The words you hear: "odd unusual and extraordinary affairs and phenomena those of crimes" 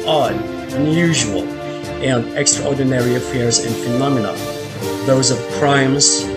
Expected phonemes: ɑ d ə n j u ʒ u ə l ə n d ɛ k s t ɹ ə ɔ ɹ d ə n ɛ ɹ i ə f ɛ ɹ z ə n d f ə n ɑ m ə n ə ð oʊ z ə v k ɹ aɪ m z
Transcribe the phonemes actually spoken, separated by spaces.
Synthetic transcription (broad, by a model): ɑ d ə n j u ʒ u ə l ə n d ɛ k s t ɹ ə ɔ ɹ d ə n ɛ ɹ i ə f ɛ ɹ z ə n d f ə n ɑ m ə n ə ð oʊ z ə v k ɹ aɪ m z